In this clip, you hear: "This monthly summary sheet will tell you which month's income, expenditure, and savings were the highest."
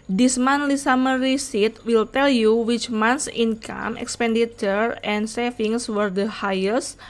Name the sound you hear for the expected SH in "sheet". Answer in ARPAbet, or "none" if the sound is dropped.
S